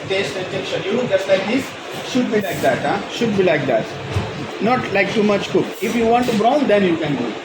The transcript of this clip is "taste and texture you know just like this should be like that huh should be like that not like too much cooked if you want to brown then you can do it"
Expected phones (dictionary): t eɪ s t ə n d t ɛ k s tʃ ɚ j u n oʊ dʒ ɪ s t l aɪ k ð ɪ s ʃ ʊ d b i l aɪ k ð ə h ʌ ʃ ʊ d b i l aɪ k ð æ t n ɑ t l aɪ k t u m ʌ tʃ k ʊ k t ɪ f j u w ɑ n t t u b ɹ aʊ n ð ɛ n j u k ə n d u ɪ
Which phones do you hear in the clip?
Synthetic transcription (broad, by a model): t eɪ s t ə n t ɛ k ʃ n j u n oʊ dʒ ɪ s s l aɪ k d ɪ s ʃ ʊ d b i l aɪ k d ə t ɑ ʃ ʊ d b i l aɪ k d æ t n ɑ t l aɪ k t u m ʌ tʃ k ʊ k ɪ f j u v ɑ n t t u b ɹ aʊ n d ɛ n j u k ə n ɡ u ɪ